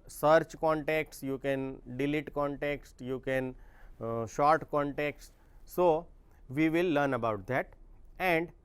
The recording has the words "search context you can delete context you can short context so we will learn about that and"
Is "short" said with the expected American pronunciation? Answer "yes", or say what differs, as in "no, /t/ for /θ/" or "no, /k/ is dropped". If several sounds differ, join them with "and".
yes